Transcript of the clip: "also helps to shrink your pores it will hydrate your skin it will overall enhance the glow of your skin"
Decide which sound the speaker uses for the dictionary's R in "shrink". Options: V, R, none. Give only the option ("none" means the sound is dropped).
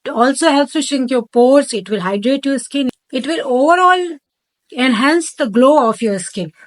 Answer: none